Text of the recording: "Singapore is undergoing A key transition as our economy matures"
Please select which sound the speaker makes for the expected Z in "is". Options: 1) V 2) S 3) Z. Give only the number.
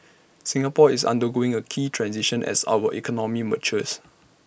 2